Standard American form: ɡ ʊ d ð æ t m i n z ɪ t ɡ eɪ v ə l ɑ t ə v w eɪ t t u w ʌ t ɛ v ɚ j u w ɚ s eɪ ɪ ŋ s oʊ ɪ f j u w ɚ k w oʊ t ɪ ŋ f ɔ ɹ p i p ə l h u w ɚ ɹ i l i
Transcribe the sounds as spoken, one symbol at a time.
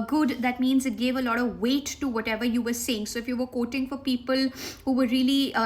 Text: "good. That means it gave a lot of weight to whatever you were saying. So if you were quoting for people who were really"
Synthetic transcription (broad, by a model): ɡ ʊ d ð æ t m i n z ɪ t ɡ eɪ v ə l ɑ t ə v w eɪ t t u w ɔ t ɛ v ɚ j u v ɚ s eɪ ɪ ŋ s oʊ ɪ f j u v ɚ k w oʊ t ɪ ŋ f ɔ ɹ p i p ə l h u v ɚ ɹ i l i